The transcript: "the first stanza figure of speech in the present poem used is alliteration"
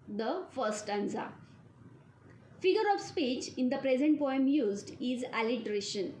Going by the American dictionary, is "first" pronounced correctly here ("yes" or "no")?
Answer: no